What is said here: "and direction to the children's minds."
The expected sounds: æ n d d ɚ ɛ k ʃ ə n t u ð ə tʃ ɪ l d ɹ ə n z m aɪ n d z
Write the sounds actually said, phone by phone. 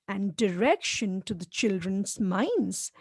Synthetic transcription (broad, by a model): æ n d d ɚ ɛ k ʃ ə n t u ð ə tʃ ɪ l d ɹ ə n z m aɪ n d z